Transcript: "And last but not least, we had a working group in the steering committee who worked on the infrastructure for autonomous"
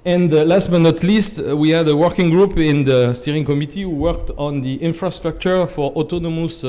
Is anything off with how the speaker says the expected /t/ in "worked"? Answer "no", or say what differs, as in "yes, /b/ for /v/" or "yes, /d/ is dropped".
no